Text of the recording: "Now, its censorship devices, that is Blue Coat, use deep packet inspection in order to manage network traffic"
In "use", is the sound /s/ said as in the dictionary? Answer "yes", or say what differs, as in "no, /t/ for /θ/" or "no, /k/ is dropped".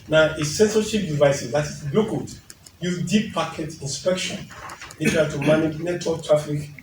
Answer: no, /s/ is dropped